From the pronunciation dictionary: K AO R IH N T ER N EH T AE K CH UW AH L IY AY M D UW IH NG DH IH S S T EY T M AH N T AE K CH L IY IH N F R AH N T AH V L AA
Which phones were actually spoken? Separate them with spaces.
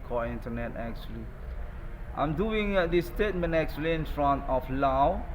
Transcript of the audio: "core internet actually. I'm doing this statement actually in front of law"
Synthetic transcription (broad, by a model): K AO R IH N T ER N EH T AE K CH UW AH L IY AY M D UW IH NG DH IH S S T EY T M AH N T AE K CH L IY IH N F R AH N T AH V L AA